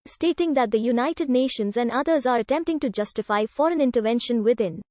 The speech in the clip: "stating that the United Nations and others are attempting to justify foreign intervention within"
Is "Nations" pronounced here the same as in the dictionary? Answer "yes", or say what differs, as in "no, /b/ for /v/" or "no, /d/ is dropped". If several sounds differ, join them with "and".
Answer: yes